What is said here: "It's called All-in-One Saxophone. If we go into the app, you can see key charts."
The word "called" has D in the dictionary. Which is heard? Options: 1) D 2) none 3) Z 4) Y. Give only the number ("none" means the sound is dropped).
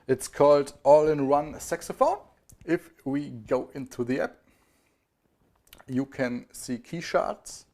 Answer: 1